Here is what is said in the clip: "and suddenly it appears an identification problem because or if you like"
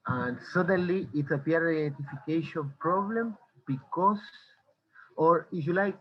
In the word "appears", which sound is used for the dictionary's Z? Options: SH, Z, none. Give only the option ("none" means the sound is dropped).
none